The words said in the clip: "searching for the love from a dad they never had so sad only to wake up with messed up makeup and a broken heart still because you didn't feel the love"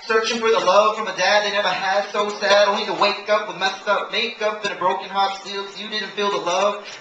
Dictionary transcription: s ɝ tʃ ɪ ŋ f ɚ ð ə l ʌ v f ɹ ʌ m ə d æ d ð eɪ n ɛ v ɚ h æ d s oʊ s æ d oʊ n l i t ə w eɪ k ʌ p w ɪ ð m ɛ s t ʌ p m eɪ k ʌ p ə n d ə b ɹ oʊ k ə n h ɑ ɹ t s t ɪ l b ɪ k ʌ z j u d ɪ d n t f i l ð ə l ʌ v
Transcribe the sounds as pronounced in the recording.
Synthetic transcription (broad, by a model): s ɝ tʃ ɪ ŋ f ɚ ð ə l ʌ v f ɹ ʌ m ə d æ d ð eɪ n ɛ v ɚ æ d s oʊ s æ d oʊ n i t ə w eɪ k ʌ p w ɪ ð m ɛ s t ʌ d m eɪ k ʌ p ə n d ə b ɹ oʊ k ə n h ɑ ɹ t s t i l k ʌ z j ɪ d ɪ d n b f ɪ l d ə l ʌ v